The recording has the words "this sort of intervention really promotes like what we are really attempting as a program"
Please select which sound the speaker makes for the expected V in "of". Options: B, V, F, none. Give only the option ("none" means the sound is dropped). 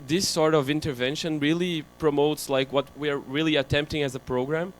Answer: V